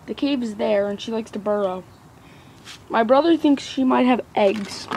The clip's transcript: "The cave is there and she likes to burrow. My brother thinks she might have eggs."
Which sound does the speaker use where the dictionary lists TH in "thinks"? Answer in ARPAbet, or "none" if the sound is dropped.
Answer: TH